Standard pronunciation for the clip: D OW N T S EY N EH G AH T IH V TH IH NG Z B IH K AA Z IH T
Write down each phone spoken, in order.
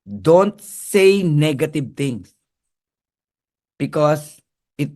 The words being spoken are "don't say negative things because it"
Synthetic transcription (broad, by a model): D OW N T S EY N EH G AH T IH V T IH NG S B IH K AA S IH T